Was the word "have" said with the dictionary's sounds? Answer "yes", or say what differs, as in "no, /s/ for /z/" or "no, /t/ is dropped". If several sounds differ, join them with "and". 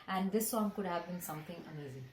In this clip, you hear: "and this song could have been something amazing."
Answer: yes